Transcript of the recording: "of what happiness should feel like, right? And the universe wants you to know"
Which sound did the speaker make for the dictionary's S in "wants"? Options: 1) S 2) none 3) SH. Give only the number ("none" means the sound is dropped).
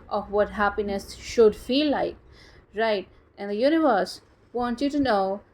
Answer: 2